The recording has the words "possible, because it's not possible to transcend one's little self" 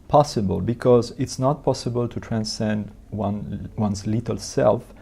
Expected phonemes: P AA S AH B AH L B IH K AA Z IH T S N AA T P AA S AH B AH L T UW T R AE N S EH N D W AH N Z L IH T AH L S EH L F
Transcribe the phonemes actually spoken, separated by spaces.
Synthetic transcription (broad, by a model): P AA S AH B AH L B IH K AA Z IH T S N AA T P AA S AH B AH L T UW T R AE N S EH N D W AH N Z L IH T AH L S EH L F